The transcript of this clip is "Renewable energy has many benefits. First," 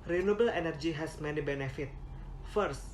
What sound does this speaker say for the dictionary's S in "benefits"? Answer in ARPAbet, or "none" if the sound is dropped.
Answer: none